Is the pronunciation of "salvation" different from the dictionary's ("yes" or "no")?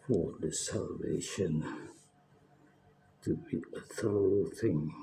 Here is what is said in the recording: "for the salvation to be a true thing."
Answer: no